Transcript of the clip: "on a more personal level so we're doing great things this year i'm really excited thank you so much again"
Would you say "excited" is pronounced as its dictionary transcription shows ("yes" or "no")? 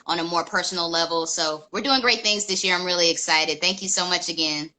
yes